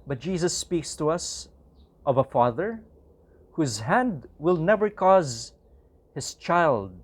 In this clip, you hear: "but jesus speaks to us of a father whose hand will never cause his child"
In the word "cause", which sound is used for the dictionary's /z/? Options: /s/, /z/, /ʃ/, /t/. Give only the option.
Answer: /z/